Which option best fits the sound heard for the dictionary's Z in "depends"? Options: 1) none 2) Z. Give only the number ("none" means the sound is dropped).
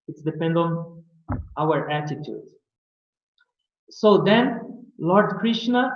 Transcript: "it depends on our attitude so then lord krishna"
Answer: 1